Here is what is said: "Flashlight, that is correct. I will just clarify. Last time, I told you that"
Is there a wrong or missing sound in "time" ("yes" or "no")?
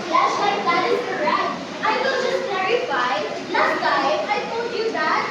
yes